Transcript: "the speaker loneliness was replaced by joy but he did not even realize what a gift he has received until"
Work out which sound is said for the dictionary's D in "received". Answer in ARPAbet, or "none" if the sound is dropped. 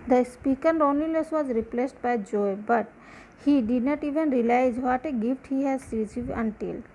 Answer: none